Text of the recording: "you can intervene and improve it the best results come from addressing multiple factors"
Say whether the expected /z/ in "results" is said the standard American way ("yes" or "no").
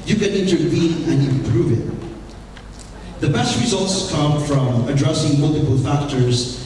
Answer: yes